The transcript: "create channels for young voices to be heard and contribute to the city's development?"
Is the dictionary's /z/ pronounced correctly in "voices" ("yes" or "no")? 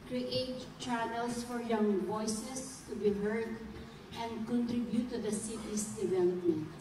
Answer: no